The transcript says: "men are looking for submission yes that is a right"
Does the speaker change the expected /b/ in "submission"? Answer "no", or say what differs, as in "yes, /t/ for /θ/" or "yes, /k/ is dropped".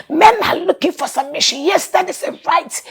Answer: yes, /b/ is dropped